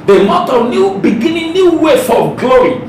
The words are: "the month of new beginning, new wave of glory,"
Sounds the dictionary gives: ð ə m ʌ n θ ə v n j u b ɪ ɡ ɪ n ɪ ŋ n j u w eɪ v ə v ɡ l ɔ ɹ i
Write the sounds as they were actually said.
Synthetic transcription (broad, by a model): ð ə m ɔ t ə n j u b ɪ ɡ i n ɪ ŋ n j u w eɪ f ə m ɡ l ɔ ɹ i